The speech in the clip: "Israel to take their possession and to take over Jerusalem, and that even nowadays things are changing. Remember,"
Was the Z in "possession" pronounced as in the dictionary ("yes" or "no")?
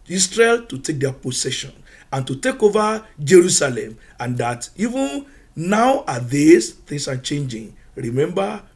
no